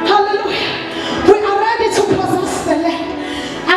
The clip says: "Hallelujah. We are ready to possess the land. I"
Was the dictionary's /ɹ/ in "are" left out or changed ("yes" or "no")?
yes